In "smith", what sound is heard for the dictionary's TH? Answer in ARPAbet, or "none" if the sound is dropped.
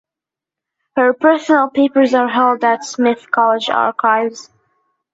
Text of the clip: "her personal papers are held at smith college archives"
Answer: TH